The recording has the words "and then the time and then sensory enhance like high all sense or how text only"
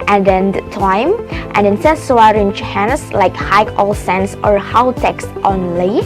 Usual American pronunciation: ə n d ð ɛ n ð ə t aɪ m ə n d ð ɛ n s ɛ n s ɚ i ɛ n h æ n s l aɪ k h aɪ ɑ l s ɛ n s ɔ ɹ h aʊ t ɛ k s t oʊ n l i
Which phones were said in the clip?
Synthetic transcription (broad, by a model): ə n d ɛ n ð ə t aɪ m ə n d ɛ n s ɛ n s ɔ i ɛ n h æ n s l aɪ k h aɪ ɑ l s ɛ n s ɔ ɹ h aʊ t ɛ k s t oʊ n l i